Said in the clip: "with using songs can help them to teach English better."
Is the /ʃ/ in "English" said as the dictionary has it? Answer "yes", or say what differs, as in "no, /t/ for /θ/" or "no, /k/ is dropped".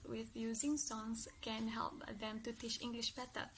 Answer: yes